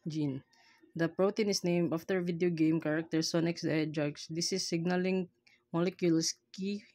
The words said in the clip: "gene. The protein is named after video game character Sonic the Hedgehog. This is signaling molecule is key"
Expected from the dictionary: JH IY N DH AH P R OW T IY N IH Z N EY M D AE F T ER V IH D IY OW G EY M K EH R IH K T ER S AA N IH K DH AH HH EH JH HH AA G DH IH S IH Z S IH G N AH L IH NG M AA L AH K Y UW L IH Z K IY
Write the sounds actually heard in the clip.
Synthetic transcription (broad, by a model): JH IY N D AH P R OW T IY N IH S N EY M D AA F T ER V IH D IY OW G EY M K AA R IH K T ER S AA N IH K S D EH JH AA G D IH S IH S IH G N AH L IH NG M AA L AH K Y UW L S K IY